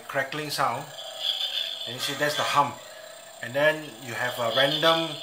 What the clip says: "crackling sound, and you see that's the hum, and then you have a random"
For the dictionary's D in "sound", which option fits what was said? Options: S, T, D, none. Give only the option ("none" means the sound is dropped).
none